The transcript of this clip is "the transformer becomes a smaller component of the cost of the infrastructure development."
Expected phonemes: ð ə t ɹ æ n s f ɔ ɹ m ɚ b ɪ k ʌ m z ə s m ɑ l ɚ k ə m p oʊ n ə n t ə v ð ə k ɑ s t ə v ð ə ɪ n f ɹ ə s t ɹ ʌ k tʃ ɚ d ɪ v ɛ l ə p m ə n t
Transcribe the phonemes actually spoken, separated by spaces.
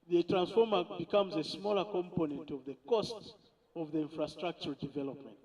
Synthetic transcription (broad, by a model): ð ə t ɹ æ n s f ɔ ɹ m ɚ b ɪ k ʌ m z ə s m ɑ l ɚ k ə m p oʊ n ə n t ə v ð ə k ɑ s t ə v ð ə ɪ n f ɹ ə s t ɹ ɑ k tʃ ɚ d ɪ v ɛ l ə p m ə n t